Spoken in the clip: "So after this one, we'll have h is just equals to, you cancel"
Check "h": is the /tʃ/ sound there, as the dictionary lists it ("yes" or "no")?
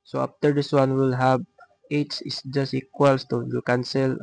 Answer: no